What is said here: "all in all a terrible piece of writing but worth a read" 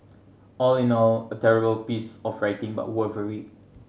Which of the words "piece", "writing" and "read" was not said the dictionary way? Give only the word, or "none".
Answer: read